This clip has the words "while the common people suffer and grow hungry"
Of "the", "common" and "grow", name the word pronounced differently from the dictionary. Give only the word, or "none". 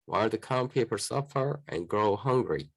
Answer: common